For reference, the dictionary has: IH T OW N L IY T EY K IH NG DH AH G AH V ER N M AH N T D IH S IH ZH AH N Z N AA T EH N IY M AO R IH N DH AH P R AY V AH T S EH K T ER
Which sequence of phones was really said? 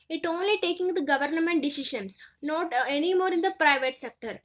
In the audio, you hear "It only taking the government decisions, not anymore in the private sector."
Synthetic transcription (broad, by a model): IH T OW N L IY T EY K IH NG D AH G AH V ER N M AH N T D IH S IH SH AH N S N AA T EH N IY M AO R IH N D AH P R AY V AH T S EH K T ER